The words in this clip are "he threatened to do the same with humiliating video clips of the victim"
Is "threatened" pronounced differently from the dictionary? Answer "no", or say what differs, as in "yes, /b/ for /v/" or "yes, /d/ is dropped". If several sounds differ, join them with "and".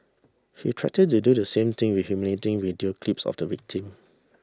yes, /t/ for /θ/ and /n/ is dropped